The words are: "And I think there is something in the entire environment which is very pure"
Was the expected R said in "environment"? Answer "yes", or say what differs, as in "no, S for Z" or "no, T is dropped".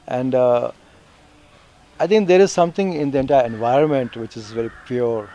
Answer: yes